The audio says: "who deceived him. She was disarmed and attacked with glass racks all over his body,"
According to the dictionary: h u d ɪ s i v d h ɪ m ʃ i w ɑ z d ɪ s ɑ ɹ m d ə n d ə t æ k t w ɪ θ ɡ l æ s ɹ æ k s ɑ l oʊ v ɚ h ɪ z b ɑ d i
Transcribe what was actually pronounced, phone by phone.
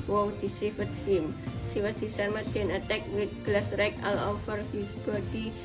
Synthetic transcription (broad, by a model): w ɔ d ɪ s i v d h ɪ m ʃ i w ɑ s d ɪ s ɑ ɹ m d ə n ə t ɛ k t w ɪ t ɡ l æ s ɹ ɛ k ɑ l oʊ f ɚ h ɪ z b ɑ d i